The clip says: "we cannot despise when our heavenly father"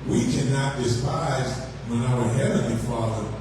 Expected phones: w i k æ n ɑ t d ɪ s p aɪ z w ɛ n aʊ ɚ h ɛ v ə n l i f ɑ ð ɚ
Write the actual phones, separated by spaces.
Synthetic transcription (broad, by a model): w i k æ n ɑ t d ɪ s p aɪ z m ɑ ɪ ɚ h ɛ v ə n l i f ɑ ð ɚ